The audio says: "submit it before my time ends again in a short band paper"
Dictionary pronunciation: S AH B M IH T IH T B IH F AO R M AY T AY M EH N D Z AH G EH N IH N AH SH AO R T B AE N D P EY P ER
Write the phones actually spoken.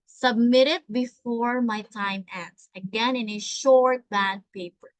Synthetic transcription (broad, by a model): S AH B M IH T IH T B IH F AO R M AY T AY M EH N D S AH G EH N IH N AH SH AO R T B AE D P EY P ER